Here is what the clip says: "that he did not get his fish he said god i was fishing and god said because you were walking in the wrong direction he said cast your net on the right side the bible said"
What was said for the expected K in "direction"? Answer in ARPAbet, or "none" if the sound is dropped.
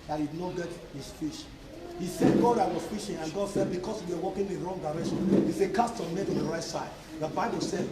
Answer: none